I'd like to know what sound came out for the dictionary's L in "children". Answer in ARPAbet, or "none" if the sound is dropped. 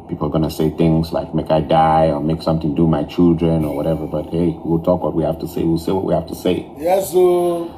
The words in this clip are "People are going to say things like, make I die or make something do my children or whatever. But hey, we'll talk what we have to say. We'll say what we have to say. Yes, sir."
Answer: L